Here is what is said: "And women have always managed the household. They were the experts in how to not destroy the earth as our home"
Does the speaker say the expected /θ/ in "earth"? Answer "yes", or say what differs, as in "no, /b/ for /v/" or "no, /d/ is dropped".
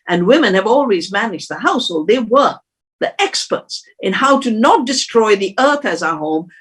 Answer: yes